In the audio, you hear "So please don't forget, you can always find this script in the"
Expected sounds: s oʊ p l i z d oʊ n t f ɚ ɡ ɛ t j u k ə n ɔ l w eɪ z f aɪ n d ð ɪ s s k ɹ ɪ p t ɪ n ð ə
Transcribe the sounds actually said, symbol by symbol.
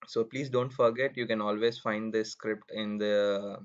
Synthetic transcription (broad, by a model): s oʊ p l i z d oʊ n t f ɚ ɡ ɛ t j u k ə n ɔ l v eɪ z f aɪ n d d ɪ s s k ɹ ɪ p t ɪ n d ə